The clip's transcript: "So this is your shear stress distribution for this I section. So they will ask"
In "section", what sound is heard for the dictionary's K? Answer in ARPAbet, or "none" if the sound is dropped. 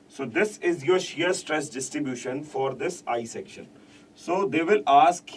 K